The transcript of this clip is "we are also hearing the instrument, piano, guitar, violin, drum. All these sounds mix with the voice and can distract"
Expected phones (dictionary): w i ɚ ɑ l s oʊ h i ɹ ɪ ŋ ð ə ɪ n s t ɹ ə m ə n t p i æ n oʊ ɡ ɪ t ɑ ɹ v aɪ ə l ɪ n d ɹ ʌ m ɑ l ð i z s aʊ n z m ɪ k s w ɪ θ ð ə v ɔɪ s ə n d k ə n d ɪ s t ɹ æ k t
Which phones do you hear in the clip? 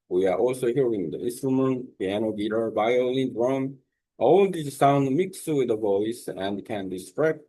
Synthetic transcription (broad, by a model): w i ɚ ɑ l s oʊ h i ɹ ɪ ŋ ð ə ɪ n s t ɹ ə m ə n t p i æ n oʊ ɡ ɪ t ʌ ɹ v aɪ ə l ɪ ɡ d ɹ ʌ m ɑ l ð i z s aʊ n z m ɪ k s w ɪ ð ə v ɔɪ s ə n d k ə n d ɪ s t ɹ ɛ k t